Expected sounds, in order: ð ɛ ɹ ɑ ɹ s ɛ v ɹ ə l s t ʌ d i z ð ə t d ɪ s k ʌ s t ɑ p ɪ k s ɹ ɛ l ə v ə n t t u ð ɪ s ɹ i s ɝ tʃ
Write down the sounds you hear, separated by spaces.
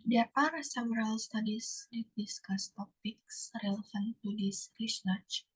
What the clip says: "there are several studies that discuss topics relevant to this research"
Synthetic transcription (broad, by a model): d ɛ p ɑ ɹ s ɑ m ɹ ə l s t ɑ d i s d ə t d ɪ s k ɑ s t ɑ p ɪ k s ɹ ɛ l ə f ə n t t u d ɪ s ɹ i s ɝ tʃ